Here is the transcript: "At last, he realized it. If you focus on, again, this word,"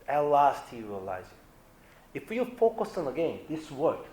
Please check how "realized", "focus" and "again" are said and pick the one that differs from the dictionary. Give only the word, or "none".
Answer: realized